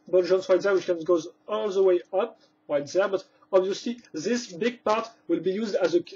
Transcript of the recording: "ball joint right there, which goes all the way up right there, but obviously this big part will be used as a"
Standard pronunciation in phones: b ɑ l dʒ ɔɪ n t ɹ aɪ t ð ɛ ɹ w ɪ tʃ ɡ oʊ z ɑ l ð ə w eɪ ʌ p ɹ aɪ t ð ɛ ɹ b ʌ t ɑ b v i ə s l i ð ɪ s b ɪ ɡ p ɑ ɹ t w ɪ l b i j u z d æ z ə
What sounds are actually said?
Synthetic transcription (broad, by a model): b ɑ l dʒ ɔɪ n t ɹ aɪ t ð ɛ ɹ w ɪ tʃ ɡ oʊ z ɑ l ð ə w eɪ ʌ p ɹ aɪ t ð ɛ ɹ b ʌ t ɑ b v i ə s l i ð ɪ s b ɪ ɡ p ɑ ɹ t w ɪ l b i j u z d æ z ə